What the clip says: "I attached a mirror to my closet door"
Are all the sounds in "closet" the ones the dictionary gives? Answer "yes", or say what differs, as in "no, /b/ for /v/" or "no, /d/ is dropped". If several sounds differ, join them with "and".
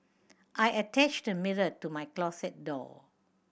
no, /s/ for /z/